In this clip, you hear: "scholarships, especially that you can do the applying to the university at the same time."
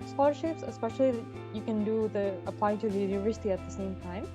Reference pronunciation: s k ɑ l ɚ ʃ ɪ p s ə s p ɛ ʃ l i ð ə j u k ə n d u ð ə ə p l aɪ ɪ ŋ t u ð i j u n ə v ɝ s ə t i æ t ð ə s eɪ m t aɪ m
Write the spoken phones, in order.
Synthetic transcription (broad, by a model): s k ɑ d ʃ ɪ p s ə s p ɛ ʃ i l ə j u k ə n d u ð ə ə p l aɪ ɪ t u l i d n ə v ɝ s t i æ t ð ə s eɪ m t aɪ m